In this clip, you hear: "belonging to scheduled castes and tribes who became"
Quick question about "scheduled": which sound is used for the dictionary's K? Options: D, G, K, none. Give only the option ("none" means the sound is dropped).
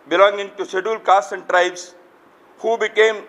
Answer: none